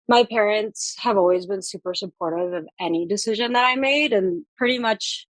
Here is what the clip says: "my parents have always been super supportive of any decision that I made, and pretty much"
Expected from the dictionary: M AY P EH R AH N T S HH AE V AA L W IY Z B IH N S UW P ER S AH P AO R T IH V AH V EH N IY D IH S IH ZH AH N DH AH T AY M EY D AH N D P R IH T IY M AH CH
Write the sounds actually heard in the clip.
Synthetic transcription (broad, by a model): M AY P EH R AH N T S HH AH V AA L W IY Z B IH N S UW P ER S AH P AO R T IH V AH V EH N IY D IH S IH ZH AH N DH AH T AY M EY D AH N P R IH T IY M AH CH